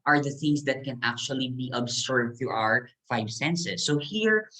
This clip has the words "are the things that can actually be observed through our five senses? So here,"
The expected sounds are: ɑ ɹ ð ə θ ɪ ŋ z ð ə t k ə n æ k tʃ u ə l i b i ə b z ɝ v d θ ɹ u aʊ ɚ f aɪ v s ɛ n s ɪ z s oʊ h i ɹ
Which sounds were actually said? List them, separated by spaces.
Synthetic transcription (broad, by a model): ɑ ɹ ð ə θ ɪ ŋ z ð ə t k ə n æ k tʃ u ə l i b i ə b s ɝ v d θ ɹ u aʊ ɚ f aɪ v s ɛ n s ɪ s oʊ h i ɹ